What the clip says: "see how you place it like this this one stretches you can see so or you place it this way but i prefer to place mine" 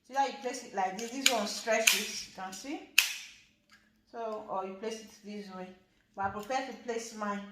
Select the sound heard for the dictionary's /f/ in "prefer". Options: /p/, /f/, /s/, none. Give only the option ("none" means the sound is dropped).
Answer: /p/